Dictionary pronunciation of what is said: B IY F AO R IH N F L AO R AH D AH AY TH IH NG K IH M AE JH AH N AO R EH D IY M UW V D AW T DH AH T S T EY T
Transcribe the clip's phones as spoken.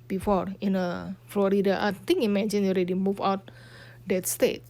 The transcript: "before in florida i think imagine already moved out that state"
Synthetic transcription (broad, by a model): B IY F AO R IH N F L AO R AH D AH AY T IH NG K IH M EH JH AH N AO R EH D IY M UW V AW T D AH T S T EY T